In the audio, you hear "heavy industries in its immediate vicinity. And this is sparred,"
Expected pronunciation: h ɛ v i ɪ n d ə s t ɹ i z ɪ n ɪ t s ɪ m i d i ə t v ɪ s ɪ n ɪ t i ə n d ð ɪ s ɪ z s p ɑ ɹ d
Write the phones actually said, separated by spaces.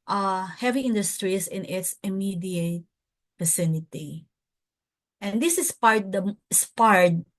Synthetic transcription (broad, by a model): h ɛ v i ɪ n d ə s t ɹ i s ɪ n ɪ t s ɪ m i d i ə t f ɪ s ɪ n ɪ t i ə n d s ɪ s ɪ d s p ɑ ɹ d